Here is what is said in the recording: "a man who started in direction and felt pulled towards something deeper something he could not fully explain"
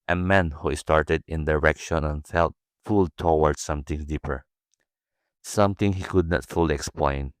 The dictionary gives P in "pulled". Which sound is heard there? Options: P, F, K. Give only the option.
F